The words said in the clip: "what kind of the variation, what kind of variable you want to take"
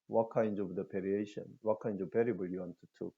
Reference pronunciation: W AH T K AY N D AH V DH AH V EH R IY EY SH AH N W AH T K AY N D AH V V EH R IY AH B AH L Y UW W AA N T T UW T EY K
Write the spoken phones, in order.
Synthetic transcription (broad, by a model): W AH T K AY N D AH V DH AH P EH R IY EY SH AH N W AH T K AY N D AH V P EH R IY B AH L Y UW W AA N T T UW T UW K